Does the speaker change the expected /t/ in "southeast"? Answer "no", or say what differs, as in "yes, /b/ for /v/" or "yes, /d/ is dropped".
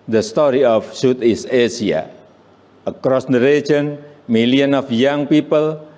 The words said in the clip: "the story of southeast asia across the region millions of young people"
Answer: yes, /t/ is dropped